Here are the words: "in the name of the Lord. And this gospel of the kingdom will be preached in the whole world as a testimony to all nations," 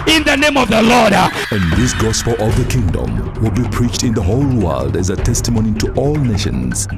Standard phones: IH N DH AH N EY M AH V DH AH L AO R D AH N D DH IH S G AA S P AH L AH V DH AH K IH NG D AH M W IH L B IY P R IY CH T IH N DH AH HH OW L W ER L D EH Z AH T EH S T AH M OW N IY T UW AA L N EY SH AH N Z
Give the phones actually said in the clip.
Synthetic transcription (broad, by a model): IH N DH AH N EY M AH V DH AH L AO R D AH N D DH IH S G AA S P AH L AH V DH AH K IH NG D AH M W IH L B IY P R IY CH T IH N DH AH HH OW L W ER L D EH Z AH T EH S T AH M OW N IY T UW AA L N EY SH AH N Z